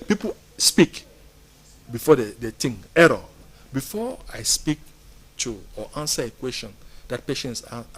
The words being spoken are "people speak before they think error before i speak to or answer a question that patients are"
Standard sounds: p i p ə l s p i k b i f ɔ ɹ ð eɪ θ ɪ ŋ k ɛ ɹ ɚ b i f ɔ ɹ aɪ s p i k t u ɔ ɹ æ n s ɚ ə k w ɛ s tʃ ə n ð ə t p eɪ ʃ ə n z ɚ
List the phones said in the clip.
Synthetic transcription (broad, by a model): p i p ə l s p i k b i f ɔ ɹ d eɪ t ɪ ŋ ɛ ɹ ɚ b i f ɔ aɪ s p i k t u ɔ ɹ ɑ n s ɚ ə k w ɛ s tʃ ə n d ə t p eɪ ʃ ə n s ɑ